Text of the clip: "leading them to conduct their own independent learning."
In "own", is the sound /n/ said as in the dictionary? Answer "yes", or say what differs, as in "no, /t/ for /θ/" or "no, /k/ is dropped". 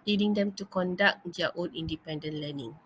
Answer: no, /l/ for /n/